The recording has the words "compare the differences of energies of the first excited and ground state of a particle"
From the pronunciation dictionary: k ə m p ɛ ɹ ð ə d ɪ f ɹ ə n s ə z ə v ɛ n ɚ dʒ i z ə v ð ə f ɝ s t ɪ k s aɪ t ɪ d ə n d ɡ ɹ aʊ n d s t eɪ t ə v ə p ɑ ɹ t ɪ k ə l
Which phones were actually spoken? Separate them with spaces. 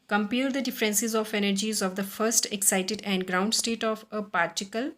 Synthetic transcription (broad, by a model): k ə m p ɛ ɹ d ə d ɪ f ɹ ə n s ə z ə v ɛ n ɚ dʒ i z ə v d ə f ɝ s t ɪ k s aɪ t ɪ d ə n d ɡ ɹ aʊ n d s t eɪ t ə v ə p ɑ ɹ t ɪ k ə l